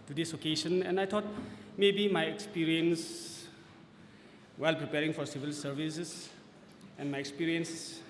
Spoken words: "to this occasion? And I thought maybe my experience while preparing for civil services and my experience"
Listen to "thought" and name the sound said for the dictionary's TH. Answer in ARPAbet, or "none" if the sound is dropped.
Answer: T